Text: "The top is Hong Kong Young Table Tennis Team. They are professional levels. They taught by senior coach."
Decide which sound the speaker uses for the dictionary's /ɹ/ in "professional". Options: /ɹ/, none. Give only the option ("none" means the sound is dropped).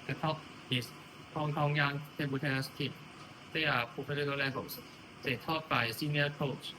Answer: none